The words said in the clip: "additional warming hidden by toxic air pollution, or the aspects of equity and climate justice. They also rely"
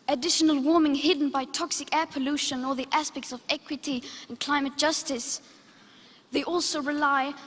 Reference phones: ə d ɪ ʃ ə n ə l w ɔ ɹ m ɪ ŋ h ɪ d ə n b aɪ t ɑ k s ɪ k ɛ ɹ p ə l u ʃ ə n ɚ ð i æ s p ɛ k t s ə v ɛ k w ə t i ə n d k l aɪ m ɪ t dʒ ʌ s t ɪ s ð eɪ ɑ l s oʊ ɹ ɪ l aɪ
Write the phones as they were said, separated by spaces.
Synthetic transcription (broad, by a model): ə d ɪ ʃ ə n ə l w ɔ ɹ m ɪ ŋ h ɪ d n b aɪ t ɑ k s ɪ k ɛ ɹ p ə l u ʃ ə n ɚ ð i æ s p ɛ k t s ə v ɛ k w ə t i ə n k l aɪ m ɪ t dʒ ʌ s t ɪ s ð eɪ ɑ l s oʊ ɹ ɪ l aɪ